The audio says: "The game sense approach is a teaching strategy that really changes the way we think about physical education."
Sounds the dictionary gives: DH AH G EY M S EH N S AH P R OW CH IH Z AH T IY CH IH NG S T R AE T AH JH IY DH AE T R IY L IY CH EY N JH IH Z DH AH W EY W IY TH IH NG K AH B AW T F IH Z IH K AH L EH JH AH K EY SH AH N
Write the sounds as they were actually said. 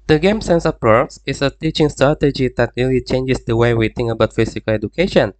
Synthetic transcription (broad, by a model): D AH G EY M S EH N S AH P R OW S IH S AH T IY CH IH NG S T R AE T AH JH IY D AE T R IY L IY CH EY N JH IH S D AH W EY W IY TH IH NG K AH B AW T F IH S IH K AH L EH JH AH K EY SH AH N